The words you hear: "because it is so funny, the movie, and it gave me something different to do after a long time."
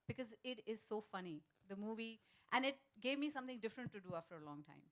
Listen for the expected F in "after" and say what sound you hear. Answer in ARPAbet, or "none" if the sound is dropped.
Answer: F